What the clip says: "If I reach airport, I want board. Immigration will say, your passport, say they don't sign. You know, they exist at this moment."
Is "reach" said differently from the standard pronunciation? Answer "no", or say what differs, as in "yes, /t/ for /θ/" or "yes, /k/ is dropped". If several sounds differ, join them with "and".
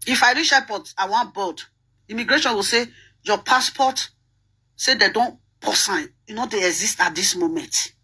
yes, /ʃ/ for /tʃ/